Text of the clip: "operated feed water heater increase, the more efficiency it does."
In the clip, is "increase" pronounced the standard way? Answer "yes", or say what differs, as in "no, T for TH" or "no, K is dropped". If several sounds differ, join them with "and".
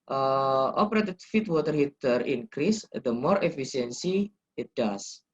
yes